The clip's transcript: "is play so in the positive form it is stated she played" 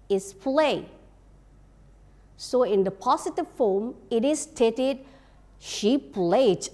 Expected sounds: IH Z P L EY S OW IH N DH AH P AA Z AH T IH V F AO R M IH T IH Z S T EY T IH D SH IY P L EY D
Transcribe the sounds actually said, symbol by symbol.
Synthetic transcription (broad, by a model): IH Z P L EY S OW IH N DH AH P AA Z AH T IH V F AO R M IH T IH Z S T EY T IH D SH IY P L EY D